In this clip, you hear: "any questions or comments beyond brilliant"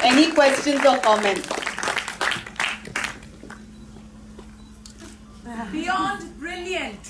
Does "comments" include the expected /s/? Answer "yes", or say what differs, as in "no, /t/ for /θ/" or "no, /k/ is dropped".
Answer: no, /s/ is dropped